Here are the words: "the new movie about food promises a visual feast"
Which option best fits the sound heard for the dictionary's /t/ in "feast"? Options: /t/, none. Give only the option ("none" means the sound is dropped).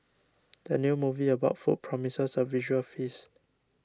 none